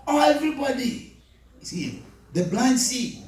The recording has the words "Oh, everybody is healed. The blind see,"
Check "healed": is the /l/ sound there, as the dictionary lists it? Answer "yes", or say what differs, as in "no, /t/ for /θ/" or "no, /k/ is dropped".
no, /l/ is dropped